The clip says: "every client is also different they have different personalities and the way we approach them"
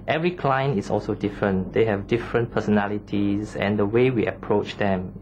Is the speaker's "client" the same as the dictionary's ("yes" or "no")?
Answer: no